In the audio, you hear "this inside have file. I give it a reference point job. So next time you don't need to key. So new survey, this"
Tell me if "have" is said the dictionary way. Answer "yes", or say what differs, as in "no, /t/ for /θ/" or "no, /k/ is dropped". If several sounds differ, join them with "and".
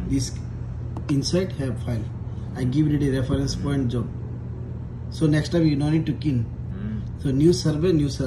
no, /b/ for /v/